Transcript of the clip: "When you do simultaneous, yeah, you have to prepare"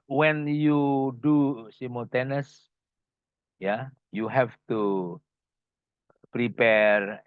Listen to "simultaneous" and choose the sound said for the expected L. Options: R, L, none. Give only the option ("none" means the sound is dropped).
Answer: none